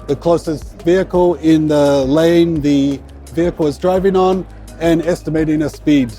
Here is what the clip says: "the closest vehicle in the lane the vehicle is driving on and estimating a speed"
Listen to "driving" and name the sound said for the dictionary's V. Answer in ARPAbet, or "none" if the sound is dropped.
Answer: V